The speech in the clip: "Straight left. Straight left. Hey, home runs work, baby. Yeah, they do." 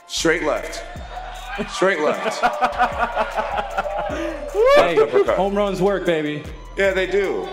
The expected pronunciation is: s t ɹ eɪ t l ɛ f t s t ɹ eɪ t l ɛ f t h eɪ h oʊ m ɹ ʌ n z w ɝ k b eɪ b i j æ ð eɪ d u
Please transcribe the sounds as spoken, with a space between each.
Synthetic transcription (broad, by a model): s t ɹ eɪ t l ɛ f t s t ɹ eɪ t l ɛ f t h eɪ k oʊ m ɹ ʌ n z w ɝ k b eɪ b i j æ ð eɪ d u